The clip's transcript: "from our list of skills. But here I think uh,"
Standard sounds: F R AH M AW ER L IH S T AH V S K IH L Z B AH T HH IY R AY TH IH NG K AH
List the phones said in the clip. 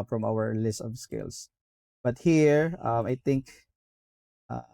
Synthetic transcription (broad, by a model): F R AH M AW ER L IH S T AH V S K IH L S B AH T HH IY R AY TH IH NG K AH